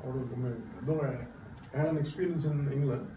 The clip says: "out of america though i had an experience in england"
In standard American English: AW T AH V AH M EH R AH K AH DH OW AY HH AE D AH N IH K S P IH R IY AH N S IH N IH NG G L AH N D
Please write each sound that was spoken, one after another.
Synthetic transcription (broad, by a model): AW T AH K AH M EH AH AH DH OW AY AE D AH N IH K S P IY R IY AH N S IH N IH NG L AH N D